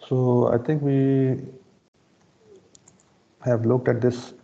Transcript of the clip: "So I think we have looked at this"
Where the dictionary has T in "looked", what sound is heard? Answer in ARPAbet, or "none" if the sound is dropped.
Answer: T